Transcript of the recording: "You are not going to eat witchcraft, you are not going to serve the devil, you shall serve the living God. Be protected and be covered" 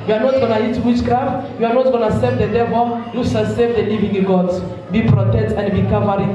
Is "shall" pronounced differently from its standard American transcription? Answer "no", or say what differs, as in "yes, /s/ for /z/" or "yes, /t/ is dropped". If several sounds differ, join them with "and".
yes, /s/ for /ʃ/